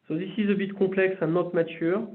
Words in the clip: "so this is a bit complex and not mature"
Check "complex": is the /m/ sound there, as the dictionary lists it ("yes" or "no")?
no